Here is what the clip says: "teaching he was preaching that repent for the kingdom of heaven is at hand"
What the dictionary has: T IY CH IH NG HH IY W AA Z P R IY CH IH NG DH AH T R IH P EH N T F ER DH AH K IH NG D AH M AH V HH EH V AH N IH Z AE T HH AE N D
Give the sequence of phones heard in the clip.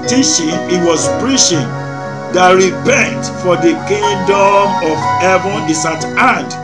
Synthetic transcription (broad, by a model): T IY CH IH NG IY W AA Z P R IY SH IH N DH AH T R IH P EH N T F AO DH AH K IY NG D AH M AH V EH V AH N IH S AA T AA N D